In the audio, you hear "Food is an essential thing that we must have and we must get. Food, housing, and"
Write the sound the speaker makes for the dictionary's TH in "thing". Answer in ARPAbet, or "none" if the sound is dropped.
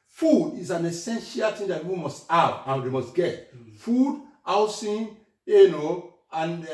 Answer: T